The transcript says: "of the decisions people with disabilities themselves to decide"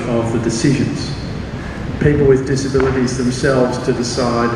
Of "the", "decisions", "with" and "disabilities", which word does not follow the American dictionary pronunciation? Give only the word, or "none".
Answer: none